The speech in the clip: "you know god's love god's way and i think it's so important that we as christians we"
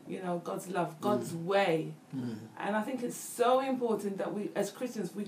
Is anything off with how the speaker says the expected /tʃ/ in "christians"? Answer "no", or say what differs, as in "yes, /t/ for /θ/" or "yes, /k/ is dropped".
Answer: no